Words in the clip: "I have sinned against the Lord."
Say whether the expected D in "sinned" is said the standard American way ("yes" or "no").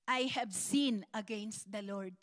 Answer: no